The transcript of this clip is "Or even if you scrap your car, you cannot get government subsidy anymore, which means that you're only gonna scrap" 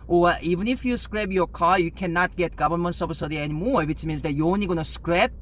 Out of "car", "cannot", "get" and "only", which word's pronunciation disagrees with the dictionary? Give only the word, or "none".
only